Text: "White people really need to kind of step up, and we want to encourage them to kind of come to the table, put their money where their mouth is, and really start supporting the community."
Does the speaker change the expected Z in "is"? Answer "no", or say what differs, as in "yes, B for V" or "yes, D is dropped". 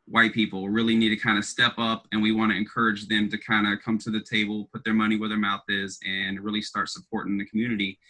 no